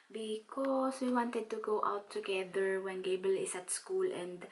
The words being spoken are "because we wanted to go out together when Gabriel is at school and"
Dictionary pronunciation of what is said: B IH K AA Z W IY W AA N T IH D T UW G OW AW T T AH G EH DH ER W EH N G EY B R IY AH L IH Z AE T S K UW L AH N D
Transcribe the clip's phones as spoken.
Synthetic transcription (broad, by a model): B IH K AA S W IY W AA N T IH D T UW G OW AW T T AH G EH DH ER W EH N G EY B IY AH L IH S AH T S K UW L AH N D